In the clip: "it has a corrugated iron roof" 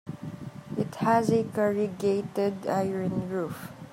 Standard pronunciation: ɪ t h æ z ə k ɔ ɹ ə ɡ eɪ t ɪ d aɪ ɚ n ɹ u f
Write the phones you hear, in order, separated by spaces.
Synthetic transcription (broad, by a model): ɪ t h æ z ə k ɔ ɹ ə ɡ eɪ t ɪ d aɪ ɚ n ɹ u f